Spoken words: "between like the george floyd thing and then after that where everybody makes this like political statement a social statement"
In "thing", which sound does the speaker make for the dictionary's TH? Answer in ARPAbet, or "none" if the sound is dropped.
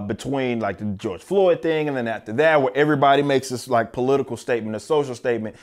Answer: TH